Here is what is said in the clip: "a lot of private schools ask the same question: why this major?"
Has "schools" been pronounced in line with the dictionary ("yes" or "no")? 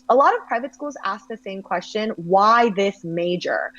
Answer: yes